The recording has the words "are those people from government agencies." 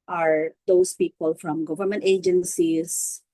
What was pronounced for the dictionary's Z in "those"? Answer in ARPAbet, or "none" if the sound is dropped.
S